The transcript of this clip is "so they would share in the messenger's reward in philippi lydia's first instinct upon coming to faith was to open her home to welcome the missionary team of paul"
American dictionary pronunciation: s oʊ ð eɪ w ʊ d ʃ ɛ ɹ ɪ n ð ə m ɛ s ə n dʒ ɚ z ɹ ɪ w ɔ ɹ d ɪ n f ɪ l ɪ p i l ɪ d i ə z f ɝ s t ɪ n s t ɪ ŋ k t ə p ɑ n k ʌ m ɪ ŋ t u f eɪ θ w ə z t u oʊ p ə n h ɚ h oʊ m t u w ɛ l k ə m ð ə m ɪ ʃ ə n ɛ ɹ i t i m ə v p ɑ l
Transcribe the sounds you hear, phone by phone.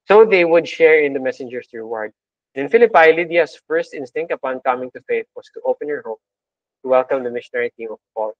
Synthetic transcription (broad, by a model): s oʊ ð eɪ w ʊ d ʃ ɛ ɹ ɪ n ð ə m ɛ s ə n dʒ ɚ s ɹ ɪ w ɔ ɹ d ɪ n f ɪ l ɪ p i l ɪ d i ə s f ɝ s t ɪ n s t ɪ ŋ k t ə p ɑ n k ʌ m ɪ ŋ t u f eɪ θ w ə s t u oʊ p ə n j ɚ h oʊ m t u w ɛ l k ə m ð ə m ɪ ʃ ə n ɛ ɹ i t i m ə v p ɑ l